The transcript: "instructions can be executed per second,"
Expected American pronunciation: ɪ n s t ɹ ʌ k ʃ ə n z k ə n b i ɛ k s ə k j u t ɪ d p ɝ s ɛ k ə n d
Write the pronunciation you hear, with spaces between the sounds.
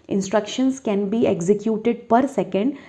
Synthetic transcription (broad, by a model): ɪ n s t ɹ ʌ k ʃ ə n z k ə n b i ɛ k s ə k j u t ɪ d p ɝ s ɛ k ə n d